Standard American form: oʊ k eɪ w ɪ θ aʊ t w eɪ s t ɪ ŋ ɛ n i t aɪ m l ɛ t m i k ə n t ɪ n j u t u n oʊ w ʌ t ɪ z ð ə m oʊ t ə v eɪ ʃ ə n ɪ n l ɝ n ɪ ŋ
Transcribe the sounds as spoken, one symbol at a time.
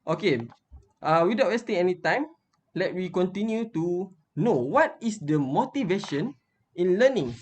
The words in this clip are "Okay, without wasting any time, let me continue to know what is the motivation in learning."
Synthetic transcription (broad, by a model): oʊ k eɪ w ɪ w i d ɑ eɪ s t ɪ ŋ ɛ n i t aɪ m l ɛ t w i k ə n t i n j u t u n oʊ w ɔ t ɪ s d ə m oʊ t ə v eɪ ʃ ə n ɪ n l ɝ n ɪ ŋ